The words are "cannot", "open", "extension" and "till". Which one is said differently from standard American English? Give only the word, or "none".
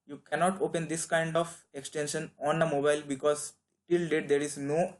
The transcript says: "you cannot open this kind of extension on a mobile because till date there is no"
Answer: none